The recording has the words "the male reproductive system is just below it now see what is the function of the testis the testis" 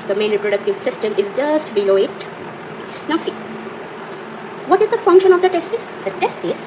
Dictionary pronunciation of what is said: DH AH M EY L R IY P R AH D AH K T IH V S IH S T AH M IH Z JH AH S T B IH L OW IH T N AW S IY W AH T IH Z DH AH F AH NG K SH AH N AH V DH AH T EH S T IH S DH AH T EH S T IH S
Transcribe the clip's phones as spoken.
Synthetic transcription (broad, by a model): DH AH M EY N R IY P R AH D AH K T IH V S IH S T AH M IH Z JH AH S T B IH L OW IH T N AW S IY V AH T IH Z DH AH F AH NG K SH AH N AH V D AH T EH S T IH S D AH T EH S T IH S